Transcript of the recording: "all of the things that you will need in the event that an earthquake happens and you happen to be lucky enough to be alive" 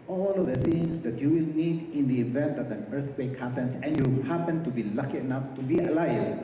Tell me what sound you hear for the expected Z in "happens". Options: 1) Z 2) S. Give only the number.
2